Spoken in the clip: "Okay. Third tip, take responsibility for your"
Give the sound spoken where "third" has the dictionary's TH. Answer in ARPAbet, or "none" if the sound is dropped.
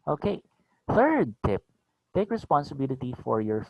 TH